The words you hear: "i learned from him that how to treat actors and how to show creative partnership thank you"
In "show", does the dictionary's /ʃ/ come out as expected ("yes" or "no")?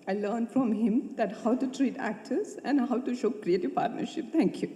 yes